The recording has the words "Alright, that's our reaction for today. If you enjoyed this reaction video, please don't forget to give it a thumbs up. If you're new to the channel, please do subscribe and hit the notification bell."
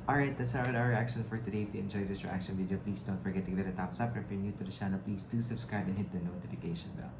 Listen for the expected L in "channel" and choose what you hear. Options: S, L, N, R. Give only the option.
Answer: L